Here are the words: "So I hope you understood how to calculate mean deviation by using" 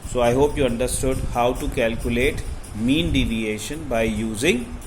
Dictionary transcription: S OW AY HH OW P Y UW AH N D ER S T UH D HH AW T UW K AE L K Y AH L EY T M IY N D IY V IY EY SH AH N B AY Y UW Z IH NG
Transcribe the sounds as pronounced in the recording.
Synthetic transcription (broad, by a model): S OW AY HH OW P Y UW AH N D ER S T UH D HH AW T UW K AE L K Y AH L EY T M IY N D IY V IY EY SH AH N B AY Y UW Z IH NG